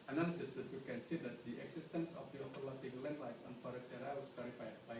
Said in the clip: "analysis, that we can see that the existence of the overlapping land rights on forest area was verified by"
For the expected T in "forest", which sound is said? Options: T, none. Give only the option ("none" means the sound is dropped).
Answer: none